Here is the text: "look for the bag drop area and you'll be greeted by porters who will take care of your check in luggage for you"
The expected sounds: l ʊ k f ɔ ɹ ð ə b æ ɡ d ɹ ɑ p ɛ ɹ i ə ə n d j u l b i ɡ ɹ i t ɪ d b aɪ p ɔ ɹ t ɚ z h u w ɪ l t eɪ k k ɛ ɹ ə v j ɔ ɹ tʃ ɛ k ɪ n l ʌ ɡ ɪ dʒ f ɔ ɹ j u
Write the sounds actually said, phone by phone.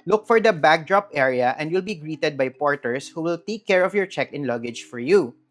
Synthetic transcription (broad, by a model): l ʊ k f ɔ ɹ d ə b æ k d ɹ ɑ p ɛ ɹ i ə ə n d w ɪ l b i ɡ ɹ i t ɪ d b aɪ p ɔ ɹ t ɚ s h u w ɪ l t eɪ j k ɛ ɹ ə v j ɔ ɹ tʃ ɛ k ɪ n l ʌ ɡ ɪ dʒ f ɔ ɹ j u